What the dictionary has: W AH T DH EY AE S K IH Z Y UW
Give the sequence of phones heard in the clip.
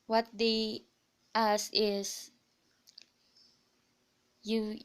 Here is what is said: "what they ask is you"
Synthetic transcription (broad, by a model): W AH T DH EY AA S IH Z Y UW